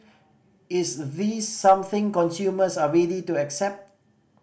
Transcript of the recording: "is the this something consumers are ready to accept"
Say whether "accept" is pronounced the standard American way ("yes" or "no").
yes